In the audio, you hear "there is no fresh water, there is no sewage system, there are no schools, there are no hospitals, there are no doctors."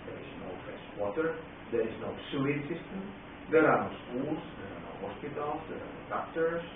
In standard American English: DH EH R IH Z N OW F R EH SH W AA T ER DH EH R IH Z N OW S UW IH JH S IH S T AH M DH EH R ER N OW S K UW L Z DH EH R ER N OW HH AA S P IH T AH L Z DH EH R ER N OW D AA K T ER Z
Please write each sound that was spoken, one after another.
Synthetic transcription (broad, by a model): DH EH R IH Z N OW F EH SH W AA T ER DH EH R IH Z N OW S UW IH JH S IH S T AH M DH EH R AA N OW S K UW L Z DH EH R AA N OW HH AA S P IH T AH L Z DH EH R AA N OW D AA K T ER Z